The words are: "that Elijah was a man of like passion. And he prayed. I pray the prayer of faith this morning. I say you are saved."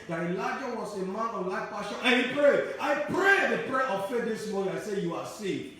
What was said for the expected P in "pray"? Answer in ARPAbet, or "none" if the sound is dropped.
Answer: P